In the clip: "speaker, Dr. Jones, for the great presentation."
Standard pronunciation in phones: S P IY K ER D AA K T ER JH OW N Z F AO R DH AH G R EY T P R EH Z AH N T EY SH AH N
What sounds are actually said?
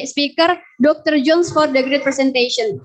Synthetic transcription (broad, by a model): S P IY K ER D AA K T ER JH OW N S F AO R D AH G R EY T P R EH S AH N T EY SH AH N